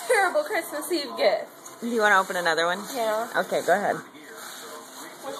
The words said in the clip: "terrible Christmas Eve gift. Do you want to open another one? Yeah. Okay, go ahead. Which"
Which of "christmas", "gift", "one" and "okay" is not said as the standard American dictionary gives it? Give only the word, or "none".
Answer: gift